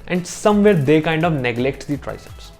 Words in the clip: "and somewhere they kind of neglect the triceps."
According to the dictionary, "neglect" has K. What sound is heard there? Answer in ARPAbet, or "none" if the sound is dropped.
K